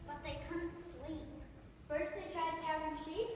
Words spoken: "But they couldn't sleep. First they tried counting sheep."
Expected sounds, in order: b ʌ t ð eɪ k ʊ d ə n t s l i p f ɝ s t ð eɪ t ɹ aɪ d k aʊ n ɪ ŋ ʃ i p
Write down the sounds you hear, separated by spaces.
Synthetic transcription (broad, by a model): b ʌ t ð eɪ k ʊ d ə n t s l i p f ɝ s t ð eɪ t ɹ aɪ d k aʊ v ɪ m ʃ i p